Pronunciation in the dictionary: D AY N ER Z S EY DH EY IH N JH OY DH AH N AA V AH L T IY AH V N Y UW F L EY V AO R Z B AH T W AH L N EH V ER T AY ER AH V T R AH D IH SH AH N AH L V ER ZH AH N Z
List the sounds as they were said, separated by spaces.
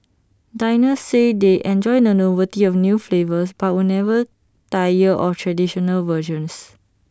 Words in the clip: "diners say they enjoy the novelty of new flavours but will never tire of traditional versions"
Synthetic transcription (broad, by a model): D AY N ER S EY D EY IH N JH OY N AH N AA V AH T IY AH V N Y UW F L EY V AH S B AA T W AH N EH V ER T AY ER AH F T R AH D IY SH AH N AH L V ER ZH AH N S